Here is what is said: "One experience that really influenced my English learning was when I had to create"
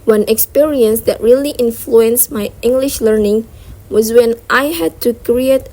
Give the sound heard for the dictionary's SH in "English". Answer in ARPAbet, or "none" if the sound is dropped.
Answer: SH